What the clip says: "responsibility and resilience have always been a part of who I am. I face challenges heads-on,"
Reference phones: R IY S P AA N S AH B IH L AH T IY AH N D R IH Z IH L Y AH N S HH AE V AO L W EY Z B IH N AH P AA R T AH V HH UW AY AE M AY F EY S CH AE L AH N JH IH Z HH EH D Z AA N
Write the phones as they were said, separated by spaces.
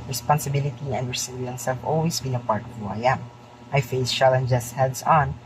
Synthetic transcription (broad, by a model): R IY S P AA N S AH B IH L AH T IY AH N D R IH S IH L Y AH N S HH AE V AO L W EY S B IH N AH P AA R T AH V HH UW AY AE M AY F EY S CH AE L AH N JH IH S HH EH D S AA N